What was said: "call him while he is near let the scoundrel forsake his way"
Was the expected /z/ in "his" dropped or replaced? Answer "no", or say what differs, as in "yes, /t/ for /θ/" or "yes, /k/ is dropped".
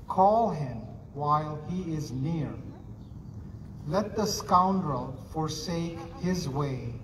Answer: no